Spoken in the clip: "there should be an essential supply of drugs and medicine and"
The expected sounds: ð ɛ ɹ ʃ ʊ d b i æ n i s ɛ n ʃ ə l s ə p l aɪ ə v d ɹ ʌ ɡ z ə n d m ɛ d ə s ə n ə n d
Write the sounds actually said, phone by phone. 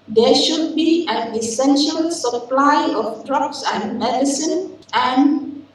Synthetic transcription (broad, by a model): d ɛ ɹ ʃ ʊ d b i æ n i s ɛ n ʃ ə l s ə p l aɪ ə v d ɹ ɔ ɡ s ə n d m ɛ d ə s ə n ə n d